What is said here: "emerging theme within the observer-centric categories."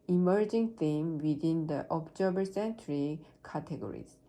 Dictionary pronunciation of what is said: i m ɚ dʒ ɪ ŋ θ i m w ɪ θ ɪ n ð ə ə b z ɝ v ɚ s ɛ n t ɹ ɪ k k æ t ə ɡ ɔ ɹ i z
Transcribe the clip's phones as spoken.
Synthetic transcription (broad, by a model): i m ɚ dʒ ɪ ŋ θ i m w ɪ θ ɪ n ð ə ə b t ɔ b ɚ s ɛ n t ɹ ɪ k k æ t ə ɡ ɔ ɹ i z